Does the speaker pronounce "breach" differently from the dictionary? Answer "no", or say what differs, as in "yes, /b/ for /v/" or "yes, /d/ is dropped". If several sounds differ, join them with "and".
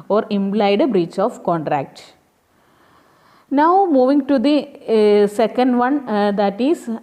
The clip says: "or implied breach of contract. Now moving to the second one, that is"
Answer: no